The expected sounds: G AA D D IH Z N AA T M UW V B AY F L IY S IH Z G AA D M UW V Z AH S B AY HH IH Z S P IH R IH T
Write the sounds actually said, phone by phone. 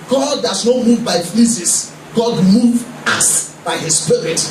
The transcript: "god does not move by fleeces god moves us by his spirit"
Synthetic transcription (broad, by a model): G AA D D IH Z N AA T M UW V B AY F IY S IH S G AA D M UW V AA S B AY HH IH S S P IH R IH T